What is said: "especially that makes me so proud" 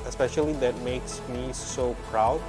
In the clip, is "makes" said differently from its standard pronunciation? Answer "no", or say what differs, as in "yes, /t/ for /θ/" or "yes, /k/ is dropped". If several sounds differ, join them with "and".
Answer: no